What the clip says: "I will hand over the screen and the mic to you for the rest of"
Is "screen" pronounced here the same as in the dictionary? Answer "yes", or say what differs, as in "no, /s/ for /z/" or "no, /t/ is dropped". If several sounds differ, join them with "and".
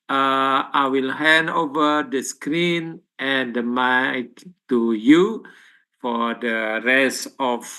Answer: yes